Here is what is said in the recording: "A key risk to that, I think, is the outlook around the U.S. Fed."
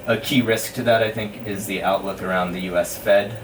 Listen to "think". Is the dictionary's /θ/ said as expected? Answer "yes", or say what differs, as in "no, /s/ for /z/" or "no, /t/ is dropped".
yes